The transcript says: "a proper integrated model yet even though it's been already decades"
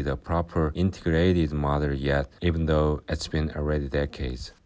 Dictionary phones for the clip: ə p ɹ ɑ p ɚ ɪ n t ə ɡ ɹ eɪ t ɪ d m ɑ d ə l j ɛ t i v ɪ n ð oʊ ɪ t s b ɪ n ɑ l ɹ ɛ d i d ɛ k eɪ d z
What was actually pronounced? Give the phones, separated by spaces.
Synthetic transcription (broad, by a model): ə p ɹ ɑ p ɚ ɪ n t ə ɡ ɹ eɪ t ɪ d m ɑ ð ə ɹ j ɛ t i v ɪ n ð oʊ ɪ t s b ɪ n ɑ l ɹ ɛ d i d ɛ k eɪ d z